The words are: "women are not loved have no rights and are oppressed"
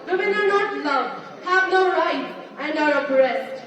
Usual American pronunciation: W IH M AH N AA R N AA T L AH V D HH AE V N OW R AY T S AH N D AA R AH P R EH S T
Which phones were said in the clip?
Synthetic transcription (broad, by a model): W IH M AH N AA R N AA T L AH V HH AE V N OW R AY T AH N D AA R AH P R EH S T